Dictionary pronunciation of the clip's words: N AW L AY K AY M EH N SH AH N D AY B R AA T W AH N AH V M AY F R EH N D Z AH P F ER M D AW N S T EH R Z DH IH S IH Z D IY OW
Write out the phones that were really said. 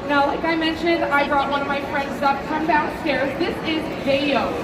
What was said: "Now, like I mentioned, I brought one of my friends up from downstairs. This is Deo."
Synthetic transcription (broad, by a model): N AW L AY K AY M EH N SH AH N D AY B R AA T W AH N AH V M AY F R EH N D Z AH P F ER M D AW S T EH R Z DH IH S IH Z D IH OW